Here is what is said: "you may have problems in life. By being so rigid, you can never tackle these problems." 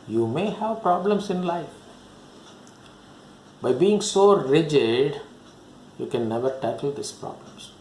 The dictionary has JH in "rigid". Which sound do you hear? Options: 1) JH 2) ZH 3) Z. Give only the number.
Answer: 1